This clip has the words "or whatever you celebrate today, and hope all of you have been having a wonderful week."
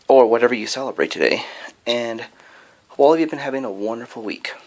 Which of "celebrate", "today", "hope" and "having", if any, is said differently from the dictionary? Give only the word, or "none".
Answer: hope